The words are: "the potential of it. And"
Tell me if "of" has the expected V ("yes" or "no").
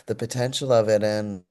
yes